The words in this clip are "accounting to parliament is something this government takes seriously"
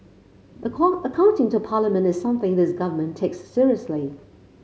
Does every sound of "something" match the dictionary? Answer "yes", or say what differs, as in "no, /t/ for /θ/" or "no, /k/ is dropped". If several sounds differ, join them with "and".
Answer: yes